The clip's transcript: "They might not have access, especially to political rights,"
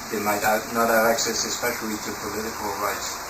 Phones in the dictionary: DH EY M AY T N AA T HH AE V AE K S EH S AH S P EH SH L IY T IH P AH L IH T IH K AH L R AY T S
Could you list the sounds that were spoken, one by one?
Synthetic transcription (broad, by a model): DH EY M AY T N AA T HH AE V AE K S EH S AH S P EH SH L IY T IH P AH L IH T IH K AH L R AY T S